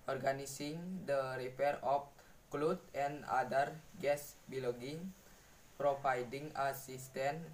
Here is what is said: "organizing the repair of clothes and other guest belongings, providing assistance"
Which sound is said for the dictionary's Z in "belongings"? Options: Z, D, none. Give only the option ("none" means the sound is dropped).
none